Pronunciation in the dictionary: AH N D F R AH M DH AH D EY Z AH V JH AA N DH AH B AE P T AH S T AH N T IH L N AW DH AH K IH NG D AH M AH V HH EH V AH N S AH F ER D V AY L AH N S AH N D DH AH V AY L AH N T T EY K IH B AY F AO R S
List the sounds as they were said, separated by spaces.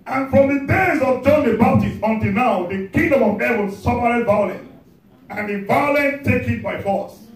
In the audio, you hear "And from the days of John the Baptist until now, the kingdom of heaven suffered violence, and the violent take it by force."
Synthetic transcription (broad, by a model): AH N F R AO M DH AH D EY Z AH V JH AA N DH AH B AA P T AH S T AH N T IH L N AW DH AH K IH NG D AH M AH V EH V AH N S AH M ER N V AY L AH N AH N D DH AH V AY L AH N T T EY K IH B AY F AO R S